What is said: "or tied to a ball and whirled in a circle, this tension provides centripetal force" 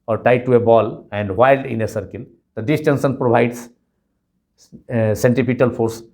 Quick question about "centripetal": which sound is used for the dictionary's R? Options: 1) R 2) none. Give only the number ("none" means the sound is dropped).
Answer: 2